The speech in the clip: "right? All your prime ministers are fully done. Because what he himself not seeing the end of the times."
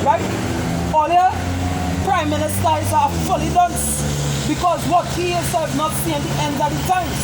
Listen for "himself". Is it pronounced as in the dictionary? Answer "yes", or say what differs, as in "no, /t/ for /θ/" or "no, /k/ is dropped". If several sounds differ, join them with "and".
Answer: no, /m/ is dropped